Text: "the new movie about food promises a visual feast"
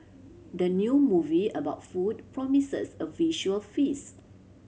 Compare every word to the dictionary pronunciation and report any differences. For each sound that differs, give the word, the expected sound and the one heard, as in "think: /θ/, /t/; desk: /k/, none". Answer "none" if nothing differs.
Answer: promises: /z/, /s/; feast: /t/, none